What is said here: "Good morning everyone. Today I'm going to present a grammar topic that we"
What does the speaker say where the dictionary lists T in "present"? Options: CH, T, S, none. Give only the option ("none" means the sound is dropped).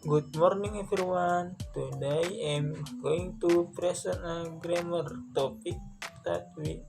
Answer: none